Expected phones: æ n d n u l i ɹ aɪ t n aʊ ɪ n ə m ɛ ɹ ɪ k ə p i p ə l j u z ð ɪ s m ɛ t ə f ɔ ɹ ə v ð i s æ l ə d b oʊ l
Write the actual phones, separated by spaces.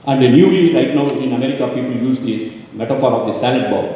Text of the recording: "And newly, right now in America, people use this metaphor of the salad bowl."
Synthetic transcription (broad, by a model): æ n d n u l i ɹ aɪ t n aʊ ɪ n ə m ɛ ɹ ɪ k ə p i p ə l j u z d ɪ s m ɛ t ə f ɔ ɹ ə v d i s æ n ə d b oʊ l